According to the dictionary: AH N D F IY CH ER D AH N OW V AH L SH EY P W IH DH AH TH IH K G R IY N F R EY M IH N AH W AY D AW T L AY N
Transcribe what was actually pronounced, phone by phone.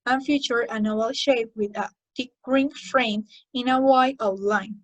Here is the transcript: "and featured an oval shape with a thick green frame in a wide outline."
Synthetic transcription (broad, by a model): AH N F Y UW CH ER AH N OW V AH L SH EY P W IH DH AH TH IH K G R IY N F R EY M IH N AH W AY AW L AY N